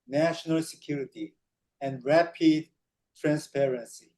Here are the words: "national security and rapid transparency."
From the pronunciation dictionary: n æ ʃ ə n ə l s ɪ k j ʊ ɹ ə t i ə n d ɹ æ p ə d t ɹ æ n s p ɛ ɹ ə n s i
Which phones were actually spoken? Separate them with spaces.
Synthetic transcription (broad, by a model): n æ ʃ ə n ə l s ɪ k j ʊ ɹ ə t i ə n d ɹ æ p ə d t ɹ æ n s p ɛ ɹ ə n s i